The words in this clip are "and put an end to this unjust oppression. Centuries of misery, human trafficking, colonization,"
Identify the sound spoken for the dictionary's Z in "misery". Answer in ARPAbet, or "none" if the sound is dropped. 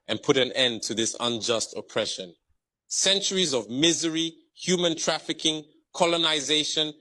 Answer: Z